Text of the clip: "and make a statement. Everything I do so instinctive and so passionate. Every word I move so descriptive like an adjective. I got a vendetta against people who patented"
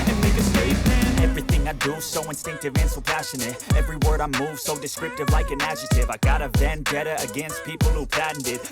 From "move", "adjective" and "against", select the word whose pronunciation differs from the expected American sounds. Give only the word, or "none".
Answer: adjective